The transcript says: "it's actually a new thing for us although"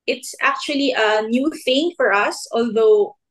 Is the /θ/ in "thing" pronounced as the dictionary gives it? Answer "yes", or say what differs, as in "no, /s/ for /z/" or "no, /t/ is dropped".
yes